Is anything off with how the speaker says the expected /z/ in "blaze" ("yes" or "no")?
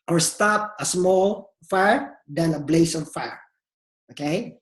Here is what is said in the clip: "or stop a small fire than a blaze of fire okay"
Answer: yes